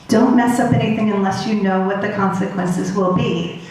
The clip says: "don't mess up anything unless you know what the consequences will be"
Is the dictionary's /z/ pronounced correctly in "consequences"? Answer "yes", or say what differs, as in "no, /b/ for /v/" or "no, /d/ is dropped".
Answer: yes